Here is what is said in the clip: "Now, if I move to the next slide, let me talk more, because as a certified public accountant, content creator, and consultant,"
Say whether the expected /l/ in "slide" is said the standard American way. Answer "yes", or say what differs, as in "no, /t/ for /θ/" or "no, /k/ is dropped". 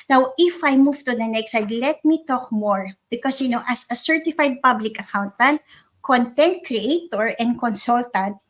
no, /l/ is dropped